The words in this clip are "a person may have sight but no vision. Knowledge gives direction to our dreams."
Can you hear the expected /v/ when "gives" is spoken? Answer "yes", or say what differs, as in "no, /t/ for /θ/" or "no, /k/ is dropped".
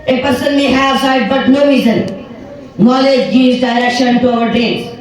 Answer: no, /v/ is dropped